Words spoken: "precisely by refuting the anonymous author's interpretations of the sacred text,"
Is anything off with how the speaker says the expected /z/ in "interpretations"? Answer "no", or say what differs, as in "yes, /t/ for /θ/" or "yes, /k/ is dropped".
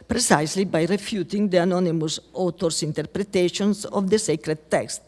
yes, /s/ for /z/